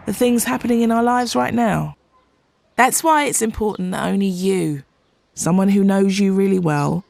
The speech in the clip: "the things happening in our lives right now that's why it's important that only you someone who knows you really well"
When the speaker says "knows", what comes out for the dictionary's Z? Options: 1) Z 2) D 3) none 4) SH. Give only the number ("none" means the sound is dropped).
1